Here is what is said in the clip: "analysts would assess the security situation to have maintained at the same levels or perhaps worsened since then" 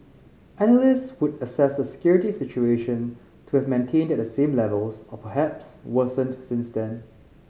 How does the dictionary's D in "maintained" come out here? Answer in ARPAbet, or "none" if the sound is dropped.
D